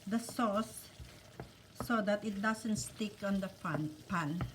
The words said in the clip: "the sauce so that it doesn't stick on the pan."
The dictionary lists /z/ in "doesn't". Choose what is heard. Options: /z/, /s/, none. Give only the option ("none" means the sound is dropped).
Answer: /s/